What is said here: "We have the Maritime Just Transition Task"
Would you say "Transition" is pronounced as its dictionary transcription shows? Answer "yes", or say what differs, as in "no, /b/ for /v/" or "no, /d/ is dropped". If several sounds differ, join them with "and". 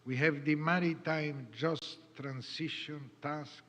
no, /s/ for /z/